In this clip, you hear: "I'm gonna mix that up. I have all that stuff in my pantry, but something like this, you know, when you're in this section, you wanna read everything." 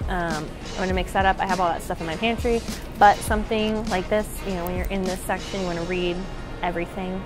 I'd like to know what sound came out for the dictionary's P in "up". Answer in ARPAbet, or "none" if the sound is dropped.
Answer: P